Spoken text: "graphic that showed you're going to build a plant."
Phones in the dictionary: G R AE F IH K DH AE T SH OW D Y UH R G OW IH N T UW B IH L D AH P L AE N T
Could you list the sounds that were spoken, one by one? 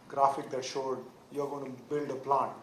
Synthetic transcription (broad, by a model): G R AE F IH K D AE T SH OW D Y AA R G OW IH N T UW B IH L D AH P L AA N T